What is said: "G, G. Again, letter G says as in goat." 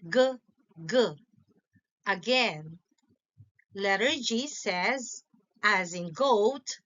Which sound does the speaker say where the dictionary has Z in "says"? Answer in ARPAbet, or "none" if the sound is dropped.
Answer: Z